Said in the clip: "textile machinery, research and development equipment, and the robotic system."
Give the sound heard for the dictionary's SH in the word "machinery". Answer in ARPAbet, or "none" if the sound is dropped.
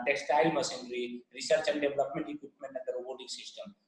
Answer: S